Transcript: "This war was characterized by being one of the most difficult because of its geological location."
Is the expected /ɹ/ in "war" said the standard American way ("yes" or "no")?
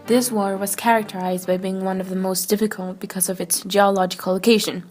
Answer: yes